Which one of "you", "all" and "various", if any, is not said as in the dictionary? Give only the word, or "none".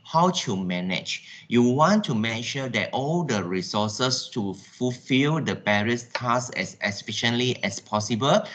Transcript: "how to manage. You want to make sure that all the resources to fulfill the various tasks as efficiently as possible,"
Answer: various